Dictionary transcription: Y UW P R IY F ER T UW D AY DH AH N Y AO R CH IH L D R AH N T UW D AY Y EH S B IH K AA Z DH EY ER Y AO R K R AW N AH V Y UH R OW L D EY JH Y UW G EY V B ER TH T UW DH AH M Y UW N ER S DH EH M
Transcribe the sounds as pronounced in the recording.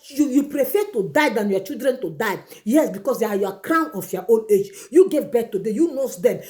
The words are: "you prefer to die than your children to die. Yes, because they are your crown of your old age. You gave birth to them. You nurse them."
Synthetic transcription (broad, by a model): Y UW P R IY F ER T UW D AY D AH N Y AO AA CH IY L D R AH N T UW D AY Y EH S B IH K AA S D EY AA Y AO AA K R AW N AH F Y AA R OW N EY JH Y UW G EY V B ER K T UW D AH Y UW N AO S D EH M